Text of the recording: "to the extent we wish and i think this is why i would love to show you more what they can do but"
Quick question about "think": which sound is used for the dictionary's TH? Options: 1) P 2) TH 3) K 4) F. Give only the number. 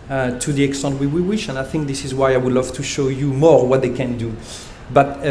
2